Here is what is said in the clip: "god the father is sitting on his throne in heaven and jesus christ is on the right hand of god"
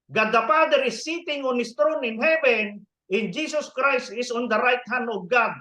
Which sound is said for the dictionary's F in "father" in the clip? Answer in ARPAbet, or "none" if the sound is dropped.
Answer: P